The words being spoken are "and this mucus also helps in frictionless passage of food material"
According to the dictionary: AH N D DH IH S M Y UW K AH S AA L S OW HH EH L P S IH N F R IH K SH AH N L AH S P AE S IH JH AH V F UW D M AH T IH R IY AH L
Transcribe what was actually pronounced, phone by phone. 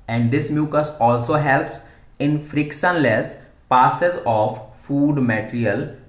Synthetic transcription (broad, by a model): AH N D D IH S M Y UW K AH S AA L S OW HH EH L P S IH N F R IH K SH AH N L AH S P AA S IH Z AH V F UW D M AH T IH R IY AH L